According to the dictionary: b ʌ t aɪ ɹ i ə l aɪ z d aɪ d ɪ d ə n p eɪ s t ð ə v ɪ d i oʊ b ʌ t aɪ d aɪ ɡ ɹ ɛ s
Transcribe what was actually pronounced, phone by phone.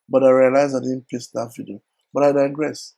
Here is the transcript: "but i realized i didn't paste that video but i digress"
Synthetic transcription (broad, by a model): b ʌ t aɪ ɹ i ə l aɪ z d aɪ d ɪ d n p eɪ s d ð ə f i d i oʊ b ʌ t aɪ d aɪ ɡ ɹ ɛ s